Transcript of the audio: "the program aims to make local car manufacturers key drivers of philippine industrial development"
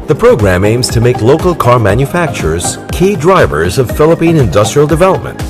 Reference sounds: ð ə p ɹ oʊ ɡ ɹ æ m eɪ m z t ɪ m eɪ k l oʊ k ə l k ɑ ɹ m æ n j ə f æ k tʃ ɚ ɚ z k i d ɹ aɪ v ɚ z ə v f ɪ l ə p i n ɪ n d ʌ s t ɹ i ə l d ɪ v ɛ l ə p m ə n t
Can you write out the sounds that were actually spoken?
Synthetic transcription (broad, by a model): ð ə p ɹ oʊ ɡ ɹ æ m eɪ m z t ɪ m eɪ k l oʊ k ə l k ɑ ɹ m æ n j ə f æ k tʃ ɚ ɚ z k i d ɹ aɪ v ɚ z ə v f ɪ l ə p i n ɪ n d ʌ s t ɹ i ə l d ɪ v ɛ l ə p m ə n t